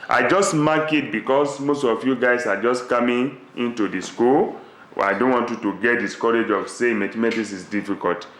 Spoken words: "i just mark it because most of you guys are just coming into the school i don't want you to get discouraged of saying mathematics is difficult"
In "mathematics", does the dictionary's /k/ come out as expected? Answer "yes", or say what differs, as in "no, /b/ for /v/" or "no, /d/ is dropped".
no, /k/ is dropped